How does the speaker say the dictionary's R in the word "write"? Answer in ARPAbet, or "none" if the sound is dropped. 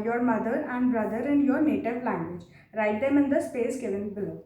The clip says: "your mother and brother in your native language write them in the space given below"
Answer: R